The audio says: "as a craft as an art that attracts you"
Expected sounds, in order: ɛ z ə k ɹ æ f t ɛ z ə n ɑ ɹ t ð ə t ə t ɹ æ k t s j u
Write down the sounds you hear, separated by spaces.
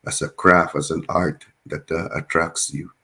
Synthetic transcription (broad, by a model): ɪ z ə k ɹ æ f ʌ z ə n ɑ ɹ t ð ə t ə t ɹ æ k s j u